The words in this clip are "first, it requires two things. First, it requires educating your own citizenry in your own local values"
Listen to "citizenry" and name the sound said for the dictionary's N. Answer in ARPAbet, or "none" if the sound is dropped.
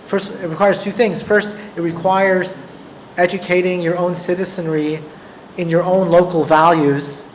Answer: N